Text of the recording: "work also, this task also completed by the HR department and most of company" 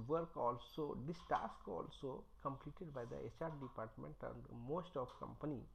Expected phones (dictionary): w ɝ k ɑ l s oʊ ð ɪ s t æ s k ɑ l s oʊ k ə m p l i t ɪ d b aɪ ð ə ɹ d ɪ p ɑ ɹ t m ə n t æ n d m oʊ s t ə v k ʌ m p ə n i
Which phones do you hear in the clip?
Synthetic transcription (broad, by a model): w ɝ k ɑ l s oʊ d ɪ s t æ s k ɑ l s oʊ k ə m p l i t ɪ d b aɪ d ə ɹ d ɪ p ɑ ɹ t m ə n t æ n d m oʊ s t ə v k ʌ m p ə n i